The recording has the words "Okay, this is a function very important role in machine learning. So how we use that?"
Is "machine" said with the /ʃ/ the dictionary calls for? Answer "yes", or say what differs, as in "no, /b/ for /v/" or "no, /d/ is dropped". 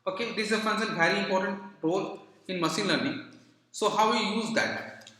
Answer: no, /s/ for /ʃ/